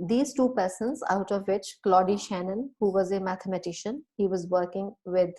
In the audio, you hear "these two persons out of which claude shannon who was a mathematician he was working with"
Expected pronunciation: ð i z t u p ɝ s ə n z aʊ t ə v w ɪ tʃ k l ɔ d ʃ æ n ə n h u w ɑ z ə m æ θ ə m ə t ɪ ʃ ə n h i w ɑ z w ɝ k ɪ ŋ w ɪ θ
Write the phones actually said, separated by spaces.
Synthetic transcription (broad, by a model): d i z t u p ɝ s ə n z aʊ t ə v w ɪ tʃ k l ɔ d ʃ æ n ə n h u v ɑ z ə m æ t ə m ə t ɪ ʃ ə n h i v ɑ z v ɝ k ɪ ŋ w ɪ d